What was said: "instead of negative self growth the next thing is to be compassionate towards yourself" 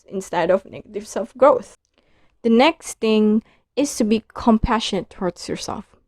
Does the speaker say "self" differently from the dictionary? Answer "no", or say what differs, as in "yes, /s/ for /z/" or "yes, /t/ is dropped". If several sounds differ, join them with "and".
no